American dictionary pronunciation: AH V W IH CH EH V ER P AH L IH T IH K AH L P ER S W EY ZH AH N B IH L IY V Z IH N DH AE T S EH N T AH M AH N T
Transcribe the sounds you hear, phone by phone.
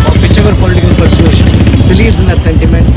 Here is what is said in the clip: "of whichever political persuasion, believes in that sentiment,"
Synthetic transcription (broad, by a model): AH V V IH CH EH V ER P AH L IH T IH K AH L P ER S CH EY SH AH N B IH L IY V Z IH N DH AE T S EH N T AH M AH N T